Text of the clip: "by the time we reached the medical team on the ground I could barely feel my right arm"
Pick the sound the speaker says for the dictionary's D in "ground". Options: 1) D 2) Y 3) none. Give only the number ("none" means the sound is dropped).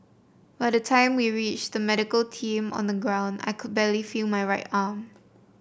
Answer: 1